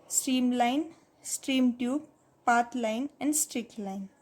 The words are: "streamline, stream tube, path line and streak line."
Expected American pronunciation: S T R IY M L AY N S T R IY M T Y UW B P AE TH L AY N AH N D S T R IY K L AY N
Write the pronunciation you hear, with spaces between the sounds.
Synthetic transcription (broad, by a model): S T R IY M L AY N S T R IY M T Y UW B P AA T L AY N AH N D S T R IY K L AY N